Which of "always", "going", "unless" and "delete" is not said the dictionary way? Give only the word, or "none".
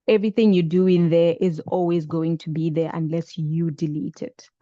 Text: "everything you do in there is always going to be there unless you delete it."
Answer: none